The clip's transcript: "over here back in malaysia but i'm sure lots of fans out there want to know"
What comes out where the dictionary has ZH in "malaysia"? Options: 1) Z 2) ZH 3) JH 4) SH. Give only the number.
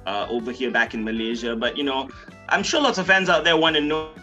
2